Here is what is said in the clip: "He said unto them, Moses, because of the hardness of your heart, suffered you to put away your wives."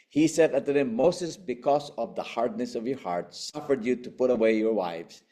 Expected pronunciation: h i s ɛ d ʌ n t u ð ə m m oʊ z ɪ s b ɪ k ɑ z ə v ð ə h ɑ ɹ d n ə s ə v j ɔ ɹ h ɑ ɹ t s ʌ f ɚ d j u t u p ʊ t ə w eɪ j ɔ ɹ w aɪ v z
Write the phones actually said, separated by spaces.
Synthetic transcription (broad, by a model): h i s ɛ d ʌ t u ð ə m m oʊ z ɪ s b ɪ k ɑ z ə v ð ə h ɑ ɹ d n ə s ə v j ɔ ɹ h ɑ ɹ t s ʌ f ɚ d j u t u p ʊ t ə w eɪ j ɔ ɹ w aɪ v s